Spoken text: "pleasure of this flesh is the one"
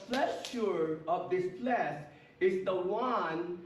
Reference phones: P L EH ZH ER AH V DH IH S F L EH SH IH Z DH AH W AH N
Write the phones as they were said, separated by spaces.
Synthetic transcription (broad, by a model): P L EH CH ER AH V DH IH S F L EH S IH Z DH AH W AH N